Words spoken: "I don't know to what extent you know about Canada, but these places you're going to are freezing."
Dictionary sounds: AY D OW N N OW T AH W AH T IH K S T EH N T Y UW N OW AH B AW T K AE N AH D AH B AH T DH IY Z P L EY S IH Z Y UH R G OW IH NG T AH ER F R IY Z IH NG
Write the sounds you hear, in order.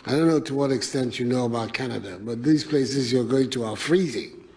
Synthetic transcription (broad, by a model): AY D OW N N OW T AH W AH T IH K S T EH N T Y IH N OW AH B AW T K AE N AH D AH B AH T DH IY Z P L EY S IH Z Y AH R G OW IH NG T AH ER F R IY Z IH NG